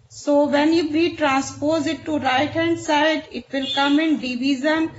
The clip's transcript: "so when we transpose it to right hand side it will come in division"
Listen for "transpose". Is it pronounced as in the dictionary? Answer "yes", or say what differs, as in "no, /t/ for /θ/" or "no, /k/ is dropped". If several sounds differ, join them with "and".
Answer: yes